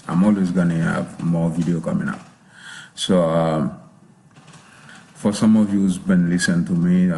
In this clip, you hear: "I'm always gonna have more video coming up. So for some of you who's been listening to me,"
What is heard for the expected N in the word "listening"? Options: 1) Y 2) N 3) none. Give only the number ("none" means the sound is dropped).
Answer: 3